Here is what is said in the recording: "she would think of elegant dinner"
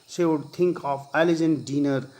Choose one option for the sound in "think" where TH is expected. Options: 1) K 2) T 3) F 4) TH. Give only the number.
2